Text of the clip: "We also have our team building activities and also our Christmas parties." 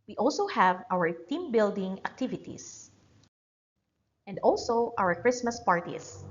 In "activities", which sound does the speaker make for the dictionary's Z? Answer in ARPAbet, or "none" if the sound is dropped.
S